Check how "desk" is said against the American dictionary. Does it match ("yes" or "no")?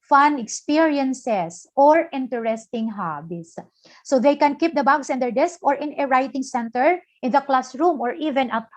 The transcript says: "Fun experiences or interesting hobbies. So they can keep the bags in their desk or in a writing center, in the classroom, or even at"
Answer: yes